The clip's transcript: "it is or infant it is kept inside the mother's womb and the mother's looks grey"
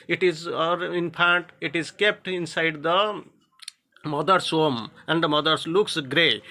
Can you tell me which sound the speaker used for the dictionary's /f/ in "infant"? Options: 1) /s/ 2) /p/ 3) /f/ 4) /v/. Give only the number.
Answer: 2